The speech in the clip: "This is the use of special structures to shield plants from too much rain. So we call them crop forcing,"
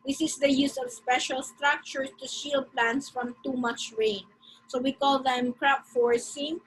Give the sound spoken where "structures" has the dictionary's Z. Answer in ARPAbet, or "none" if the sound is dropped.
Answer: S